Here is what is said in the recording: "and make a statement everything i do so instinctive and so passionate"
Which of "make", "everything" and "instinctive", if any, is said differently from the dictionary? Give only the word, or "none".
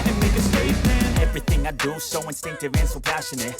none